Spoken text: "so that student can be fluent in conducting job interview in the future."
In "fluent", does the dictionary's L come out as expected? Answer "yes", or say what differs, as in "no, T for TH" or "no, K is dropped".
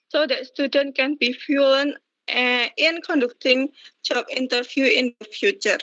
no, L is dropped